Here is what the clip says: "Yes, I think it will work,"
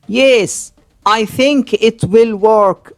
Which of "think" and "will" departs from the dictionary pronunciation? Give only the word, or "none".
none